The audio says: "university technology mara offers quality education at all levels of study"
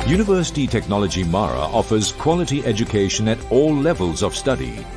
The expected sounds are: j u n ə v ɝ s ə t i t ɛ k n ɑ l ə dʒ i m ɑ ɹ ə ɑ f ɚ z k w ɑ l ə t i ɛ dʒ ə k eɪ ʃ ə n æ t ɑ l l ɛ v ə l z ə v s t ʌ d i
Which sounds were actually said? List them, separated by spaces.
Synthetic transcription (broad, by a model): j u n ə v ɝ s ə t i t ɛ k n ɑ l ə dʒ i m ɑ ɹ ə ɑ f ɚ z k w ɑ l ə t i ɛ dʒ ə k eɪ ʃ ə n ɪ t ɑ l l ɛ v ə l z ə v s t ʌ d i